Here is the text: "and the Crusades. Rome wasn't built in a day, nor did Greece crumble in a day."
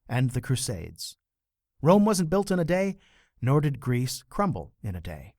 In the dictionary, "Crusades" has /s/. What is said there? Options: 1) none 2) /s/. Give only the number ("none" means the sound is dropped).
2